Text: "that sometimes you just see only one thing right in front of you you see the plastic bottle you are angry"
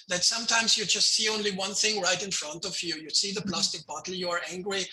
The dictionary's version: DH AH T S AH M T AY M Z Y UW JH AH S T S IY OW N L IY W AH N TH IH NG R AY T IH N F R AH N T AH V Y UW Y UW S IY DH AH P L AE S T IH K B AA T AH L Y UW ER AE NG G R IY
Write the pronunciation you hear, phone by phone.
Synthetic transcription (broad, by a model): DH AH T S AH M T AY M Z Y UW JH AH S T S IY OW N L IY W AH N TH IH NG R AY T IH N F R AH N T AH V Y UW Y UW S IY DH AH P L AE S T IH K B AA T L Y UW ER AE NG G R IY